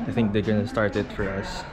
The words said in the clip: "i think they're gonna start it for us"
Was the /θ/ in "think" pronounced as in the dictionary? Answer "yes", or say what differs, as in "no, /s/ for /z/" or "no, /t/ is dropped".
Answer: yes